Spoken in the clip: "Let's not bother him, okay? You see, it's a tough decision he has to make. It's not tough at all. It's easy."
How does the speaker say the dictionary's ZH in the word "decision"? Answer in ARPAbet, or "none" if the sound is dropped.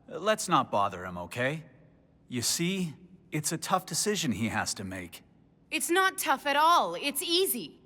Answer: ZH